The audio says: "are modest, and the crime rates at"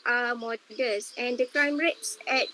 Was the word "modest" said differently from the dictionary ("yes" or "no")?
yes